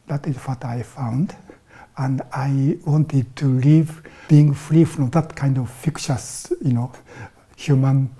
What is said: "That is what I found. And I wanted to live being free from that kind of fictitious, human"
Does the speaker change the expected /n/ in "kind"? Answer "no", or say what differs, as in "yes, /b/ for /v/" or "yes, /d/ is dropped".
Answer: no